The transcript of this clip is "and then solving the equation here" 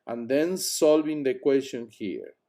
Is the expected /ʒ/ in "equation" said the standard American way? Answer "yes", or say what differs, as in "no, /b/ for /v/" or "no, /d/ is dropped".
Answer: no, /s/ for /ʒ/